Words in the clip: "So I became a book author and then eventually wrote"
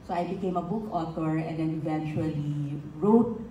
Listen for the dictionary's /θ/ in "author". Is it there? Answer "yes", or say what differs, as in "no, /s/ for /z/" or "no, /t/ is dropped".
no, /t/ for /θ/